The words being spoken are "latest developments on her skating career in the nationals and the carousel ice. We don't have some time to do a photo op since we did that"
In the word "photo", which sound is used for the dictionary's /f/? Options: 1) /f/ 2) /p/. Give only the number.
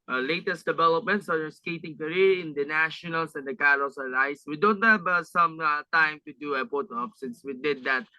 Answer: 2